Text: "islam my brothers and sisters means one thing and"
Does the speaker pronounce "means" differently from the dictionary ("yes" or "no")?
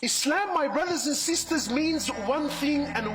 no